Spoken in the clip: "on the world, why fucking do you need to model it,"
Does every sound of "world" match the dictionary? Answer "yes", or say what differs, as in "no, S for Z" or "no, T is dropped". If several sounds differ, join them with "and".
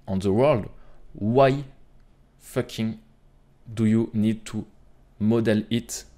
yes